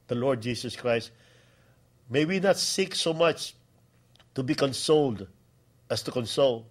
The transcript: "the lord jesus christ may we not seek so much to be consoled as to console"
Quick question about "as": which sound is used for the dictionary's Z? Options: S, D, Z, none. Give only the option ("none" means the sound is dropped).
S